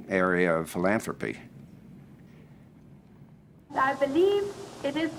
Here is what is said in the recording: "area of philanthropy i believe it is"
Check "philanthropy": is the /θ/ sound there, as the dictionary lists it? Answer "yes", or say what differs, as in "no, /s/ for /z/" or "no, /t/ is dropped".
yes